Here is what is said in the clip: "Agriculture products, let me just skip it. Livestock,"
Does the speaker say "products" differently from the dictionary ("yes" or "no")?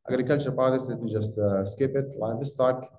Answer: yes